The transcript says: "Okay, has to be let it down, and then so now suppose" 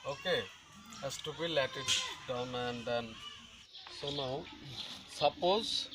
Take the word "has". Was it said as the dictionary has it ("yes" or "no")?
no